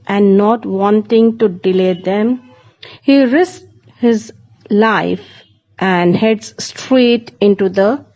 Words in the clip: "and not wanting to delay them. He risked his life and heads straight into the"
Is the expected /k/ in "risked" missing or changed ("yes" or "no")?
yes